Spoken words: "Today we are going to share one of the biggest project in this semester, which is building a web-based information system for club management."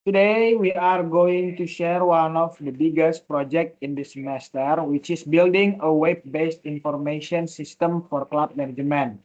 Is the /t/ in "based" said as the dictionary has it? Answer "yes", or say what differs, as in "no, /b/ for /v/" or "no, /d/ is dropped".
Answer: yes